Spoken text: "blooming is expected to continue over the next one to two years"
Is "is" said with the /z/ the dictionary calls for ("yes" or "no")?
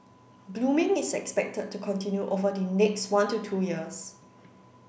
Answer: no